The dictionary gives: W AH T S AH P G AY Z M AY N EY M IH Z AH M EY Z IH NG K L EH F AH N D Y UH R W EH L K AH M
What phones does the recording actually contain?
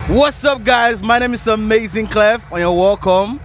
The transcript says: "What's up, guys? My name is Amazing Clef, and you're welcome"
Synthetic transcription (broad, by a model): W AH T S AH P G AY Z M AY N EY M IH Z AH M EY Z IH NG K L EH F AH N Y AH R W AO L K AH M